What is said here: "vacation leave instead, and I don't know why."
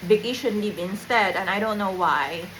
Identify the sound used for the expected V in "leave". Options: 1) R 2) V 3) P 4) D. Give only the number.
3